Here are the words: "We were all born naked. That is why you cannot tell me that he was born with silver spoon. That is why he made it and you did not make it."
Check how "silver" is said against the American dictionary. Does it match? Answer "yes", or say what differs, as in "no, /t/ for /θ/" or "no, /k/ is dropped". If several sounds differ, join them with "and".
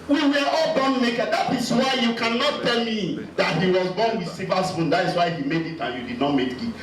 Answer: no, /l/ is dropped